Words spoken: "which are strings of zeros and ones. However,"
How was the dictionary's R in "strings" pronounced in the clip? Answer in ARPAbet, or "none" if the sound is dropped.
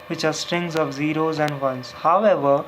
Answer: R